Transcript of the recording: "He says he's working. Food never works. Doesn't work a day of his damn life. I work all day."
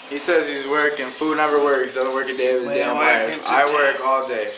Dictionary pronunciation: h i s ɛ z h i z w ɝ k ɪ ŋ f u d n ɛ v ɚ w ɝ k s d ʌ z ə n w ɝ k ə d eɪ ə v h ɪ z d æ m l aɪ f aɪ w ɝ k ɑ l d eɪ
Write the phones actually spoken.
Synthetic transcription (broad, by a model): h i s ɛ z h i z w ɝ k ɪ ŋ f u d n ɛ v ɚ w ɝ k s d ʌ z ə n w ɝ k ə d eɪ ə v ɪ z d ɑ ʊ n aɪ aɪ w ɝ k ɑ l d eɪ